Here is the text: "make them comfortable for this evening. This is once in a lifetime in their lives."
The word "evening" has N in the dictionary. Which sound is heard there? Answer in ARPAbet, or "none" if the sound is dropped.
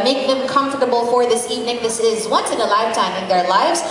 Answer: N